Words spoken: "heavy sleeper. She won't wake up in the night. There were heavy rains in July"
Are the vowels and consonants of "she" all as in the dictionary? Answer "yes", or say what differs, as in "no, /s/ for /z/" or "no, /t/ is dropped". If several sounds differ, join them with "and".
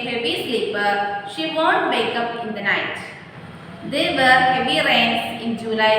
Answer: yes